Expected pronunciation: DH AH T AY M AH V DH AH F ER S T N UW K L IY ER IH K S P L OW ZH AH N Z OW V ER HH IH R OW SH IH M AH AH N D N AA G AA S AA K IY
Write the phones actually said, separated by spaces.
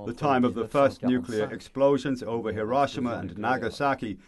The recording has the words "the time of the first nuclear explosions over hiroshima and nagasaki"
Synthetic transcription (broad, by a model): DH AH T AY M AH V DH AH F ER S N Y UW K L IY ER IH K S P L OW ZH AH N Z OW V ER HH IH R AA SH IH M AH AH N N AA G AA S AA K IY